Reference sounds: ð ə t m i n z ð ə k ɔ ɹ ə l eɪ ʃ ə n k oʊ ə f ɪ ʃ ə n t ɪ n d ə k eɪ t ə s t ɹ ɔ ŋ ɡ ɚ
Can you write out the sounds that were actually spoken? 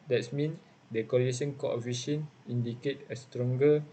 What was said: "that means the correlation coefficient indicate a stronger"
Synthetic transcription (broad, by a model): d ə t m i n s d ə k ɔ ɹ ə eɪ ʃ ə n k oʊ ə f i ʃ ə n i n d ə k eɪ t ə s t ɹ ɔ ŋ ɡ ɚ